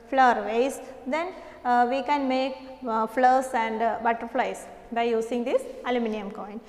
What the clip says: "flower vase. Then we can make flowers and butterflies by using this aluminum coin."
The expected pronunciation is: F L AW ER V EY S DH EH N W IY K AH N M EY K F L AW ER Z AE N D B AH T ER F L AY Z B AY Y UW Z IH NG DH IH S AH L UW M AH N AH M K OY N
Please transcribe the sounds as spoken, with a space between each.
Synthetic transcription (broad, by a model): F L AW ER V EY S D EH N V IY K AH N M EY K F L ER S AE N D B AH T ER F L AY S B AY Y UW S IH NG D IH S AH L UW M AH N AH M K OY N